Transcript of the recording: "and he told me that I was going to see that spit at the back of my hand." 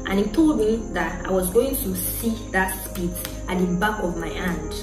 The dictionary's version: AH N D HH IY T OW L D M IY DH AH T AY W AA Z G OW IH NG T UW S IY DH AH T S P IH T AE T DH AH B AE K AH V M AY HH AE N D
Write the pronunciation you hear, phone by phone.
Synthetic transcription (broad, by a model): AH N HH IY T OW L D M IY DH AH T AY W AA Z G OW IH NG T UW S IY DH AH T S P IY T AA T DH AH B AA K AH V M AY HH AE N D